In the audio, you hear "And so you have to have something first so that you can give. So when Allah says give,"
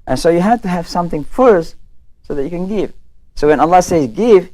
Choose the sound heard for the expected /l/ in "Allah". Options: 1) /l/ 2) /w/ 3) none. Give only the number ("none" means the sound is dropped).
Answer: 1